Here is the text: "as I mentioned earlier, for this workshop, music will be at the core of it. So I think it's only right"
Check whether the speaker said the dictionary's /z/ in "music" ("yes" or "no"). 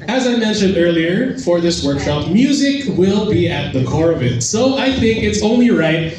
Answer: yes